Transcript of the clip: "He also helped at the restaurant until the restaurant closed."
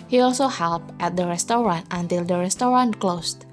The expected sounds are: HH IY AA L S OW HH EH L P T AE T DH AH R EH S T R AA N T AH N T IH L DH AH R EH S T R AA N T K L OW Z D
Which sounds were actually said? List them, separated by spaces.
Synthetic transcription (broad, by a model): HH IY AA L S OW HH EH L P T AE T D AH R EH S T R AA N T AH N T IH L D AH R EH S T R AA N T K L OW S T